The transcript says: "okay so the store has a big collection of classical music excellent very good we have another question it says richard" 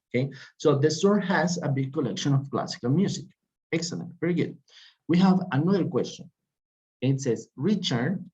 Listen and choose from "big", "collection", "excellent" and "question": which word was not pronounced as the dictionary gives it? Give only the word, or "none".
none